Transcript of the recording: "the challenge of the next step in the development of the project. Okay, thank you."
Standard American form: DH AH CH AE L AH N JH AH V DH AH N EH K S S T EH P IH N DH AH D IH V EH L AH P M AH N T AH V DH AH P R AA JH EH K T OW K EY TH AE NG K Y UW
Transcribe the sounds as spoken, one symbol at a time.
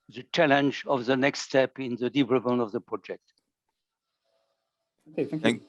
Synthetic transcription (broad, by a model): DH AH CH AE L AH N JH AH V DH AH N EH K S S T EH P IH N DH AH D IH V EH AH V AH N AH V DH AH P R AA JH EH K T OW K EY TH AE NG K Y